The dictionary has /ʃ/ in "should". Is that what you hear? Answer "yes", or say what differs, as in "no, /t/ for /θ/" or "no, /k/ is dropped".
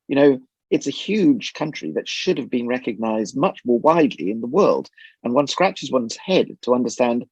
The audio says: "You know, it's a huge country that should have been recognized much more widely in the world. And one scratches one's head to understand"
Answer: yes